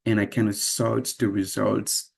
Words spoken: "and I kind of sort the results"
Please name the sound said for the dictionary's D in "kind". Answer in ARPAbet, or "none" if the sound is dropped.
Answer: none